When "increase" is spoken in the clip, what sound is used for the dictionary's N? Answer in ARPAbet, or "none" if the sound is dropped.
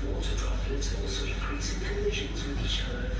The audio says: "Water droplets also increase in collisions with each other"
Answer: none